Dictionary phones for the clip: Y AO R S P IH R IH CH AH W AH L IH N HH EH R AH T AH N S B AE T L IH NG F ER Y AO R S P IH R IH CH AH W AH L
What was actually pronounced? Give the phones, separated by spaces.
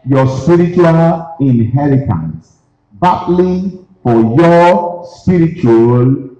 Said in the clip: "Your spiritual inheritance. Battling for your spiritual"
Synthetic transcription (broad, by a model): Y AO S P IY R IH CH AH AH L IH N HH EH R AH T AH N S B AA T L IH F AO Y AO S P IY R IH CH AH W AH L